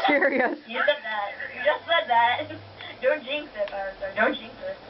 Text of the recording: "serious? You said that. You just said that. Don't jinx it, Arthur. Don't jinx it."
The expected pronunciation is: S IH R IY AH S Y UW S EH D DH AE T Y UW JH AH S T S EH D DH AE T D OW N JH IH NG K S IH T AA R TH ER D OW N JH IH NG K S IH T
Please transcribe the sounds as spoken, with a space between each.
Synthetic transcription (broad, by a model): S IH R IY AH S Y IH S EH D DH AE T Y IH JH AH S T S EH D DH AE T D OW N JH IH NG S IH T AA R S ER D OW N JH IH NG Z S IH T